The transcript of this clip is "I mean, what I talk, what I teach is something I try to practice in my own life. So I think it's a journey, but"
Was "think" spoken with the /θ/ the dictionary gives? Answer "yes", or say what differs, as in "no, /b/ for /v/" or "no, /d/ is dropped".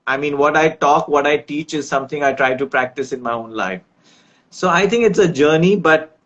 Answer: no, /t/ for /θ/